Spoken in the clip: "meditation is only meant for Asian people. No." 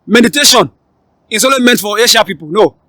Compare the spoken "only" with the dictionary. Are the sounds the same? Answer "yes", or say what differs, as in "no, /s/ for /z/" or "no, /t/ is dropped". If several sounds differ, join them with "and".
no, /n/ is dropped